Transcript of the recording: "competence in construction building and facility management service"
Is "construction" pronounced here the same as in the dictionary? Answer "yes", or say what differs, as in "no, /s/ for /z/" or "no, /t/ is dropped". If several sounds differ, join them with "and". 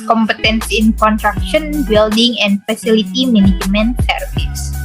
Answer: no, /s/ is dropped